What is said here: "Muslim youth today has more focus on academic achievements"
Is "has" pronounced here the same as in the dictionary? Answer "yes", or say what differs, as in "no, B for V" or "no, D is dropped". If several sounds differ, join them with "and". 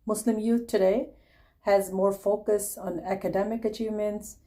yes